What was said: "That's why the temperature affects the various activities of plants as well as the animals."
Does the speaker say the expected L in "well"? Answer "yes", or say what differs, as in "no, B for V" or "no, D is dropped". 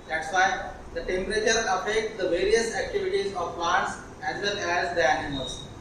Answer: no, N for L